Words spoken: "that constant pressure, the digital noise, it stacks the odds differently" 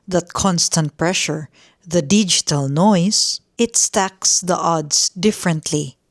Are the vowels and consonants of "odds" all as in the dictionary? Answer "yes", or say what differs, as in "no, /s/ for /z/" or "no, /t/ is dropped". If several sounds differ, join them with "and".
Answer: no, /s/ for /z/